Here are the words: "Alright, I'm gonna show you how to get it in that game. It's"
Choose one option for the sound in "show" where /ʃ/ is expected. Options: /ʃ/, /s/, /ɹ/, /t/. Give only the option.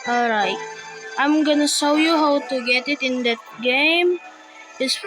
/s/